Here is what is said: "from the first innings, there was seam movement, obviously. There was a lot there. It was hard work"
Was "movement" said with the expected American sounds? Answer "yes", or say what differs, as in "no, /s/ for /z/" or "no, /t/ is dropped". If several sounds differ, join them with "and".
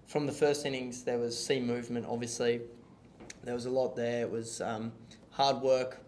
yes